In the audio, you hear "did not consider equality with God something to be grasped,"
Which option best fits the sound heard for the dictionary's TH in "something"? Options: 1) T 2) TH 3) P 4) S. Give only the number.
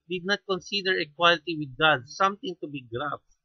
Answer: 1